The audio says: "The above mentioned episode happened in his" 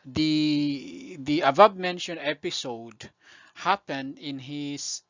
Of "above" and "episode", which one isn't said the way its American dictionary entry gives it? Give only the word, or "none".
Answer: above